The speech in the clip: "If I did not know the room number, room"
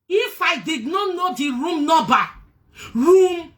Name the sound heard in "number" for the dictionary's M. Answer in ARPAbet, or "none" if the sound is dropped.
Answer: none